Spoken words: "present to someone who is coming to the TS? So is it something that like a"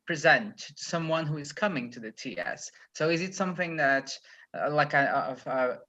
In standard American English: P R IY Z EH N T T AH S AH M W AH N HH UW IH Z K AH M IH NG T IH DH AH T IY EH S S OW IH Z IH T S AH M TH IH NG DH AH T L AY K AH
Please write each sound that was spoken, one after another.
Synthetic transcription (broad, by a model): P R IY Z EH N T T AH S AH M W AH N HH UW IH Z K AH M IH NG T IH DH AH T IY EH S S OW IH Z IH T S AH M TH IH NG DH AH T L AY K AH